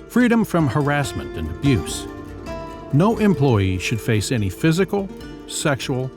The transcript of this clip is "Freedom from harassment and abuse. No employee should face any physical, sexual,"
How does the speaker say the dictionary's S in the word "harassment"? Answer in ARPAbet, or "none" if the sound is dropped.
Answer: S